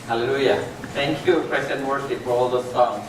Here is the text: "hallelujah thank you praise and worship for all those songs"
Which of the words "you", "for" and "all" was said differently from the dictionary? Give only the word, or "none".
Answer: none